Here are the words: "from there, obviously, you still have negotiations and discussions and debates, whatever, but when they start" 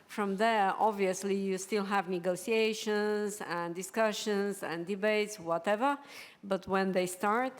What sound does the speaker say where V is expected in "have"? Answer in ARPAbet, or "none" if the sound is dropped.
V